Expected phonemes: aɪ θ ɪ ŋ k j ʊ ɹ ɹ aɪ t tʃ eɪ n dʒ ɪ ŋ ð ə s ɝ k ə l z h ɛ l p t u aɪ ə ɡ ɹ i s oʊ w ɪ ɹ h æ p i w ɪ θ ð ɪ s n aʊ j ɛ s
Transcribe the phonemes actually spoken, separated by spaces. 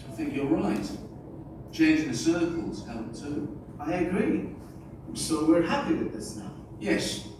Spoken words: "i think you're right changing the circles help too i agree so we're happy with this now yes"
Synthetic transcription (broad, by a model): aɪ θ ɪ ŋ k j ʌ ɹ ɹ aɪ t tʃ eɪ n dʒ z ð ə s ɝ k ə l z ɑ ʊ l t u aɪ ə ɡ ɹ i s oʊ w ɪ ɹ h æ p i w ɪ ð ɪ s n aʊ j ɛ s